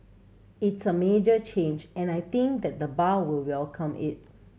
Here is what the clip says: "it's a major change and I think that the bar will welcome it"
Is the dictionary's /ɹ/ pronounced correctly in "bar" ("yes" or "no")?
no